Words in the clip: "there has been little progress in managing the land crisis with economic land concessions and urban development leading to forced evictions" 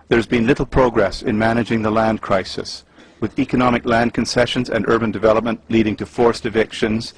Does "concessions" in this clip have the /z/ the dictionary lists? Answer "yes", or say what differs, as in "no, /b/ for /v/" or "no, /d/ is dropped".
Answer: yes